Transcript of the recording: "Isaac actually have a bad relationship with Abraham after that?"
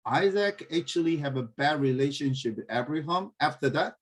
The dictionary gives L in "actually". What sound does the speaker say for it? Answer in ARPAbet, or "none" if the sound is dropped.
L